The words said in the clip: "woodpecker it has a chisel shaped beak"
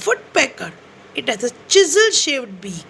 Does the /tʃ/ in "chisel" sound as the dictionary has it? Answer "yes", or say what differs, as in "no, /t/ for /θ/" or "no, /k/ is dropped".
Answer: yes